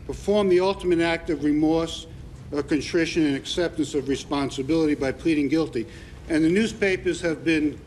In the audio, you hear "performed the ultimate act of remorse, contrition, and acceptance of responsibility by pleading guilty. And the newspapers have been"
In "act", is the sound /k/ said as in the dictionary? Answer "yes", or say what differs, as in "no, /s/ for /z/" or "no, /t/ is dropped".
yes